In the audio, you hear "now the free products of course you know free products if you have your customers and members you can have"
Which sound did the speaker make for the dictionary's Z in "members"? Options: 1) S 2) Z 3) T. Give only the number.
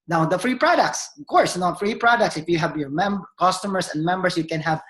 1